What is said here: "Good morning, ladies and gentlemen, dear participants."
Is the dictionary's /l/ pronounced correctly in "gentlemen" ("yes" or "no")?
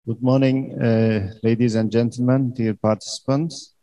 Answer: yes